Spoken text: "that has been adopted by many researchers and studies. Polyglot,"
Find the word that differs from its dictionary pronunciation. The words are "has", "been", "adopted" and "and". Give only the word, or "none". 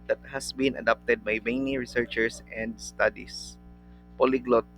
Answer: has